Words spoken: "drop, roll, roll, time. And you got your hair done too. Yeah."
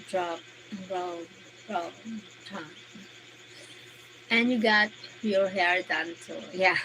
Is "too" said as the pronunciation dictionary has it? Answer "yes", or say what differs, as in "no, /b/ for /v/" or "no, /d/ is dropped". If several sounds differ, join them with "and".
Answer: no, /s/ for /t/